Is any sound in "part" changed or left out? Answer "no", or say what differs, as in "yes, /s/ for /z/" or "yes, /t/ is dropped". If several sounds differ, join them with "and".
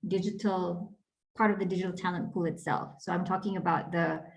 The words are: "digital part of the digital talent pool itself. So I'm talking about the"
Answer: no